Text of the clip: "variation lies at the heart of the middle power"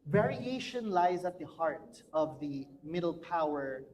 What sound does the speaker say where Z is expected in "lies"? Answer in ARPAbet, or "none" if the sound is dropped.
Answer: Z